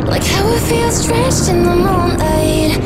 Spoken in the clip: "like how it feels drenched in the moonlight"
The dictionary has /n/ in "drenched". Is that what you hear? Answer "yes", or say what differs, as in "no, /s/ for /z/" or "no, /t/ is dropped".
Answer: no, /n/ is dropped